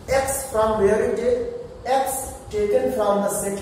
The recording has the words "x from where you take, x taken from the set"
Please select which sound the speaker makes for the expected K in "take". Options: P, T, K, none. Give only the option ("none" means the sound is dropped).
none